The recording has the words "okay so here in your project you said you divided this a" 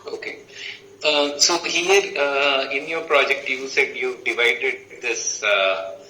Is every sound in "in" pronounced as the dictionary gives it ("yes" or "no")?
yes